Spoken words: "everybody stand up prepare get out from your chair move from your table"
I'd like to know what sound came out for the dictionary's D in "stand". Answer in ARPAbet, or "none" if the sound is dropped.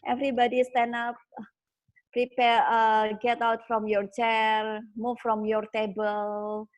none